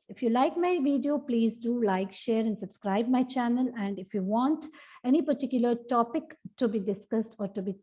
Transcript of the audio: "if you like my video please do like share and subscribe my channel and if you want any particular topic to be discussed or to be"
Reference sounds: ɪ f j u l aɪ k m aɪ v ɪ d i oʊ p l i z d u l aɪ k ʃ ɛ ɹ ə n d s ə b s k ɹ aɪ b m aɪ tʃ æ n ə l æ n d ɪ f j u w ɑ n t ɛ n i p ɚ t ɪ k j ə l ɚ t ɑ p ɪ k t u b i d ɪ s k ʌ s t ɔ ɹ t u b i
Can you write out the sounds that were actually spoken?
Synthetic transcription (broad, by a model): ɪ f j u l aɪ k m aɪ v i d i oʊ p l i z d u l aɪ k ʃ ɛ ɹ ə n d s ə b s k ɹ aɪ b m aɪ tʃ æ n ə l æ n d ɪ f j u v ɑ n t ɛ n i p ɚ t ɪ k j ə l ɚ t ɑ p ɪ k t u b i d ɪ s k ʌ s t ɔ ɹ t u b i